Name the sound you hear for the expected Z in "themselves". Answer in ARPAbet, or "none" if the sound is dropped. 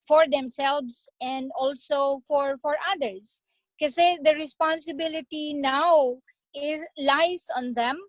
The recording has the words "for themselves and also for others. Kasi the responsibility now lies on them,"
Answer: S